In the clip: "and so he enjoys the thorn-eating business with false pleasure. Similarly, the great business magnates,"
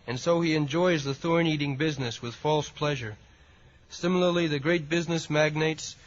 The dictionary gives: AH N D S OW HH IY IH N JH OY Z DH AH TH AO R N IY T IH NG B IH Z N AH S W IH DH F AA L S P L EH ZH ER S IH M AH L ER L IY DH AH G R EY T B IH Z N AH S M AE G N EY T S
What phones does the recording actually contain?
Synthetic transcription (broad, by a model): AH N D S OW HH IY IH N JH OY Z DH AH TH AO R N IY T IH NG B IH Z N AH S W IH DH F AA L S P L EH ZH ER S IH M L ER L IY DH AH G R EY T B IH Z N AH S M AE G N EY T S